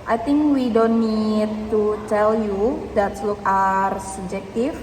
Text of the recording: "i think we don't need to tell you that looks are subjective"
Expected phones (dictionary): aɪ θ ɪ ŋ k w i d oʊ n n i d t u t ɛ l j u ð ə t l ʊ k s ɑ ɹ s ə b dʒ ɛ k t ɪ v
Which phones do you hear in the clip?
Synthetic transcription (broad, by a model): aɪ t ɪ ŋ k w i d oʊ n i i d t u t ɛ l j u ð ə t l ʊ k ɑ ɹ s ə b dʒ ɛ k t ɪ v